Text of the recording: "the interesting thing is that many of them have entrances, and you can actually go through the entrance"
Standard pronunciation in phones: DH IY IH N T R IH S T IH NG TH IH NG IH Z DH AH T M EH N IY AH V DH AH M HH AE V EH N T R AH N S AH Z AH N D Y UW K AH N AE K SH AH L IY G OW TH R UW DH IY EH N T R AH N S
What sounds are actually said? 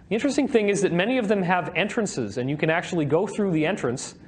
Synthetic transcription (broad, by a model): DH IY IH N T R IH S T IH NG TH IH NG IH Z DH AH T M EH N IY AH V DH AH M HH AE V EH N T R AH N S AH Z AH N Y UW K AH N AE K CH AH L IY G OW TH R UW DH IY EH N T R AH N S